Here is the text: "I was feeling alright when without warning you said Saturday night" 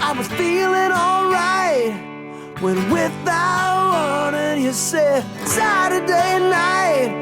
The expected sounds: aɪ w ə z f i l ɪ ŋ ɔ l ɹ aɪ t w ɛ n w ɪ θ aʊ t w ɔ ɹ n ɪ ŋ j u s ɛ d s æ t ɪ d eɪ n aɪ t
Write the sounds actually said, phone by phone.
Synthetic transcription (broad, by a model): aɪ w ə z f i l ɪ ŋ ɔ l ɹ aɪ t w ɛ n w ɪ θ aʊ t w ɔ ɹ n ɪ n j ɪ s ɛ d s æ t ɪ d eɪ n aɪ t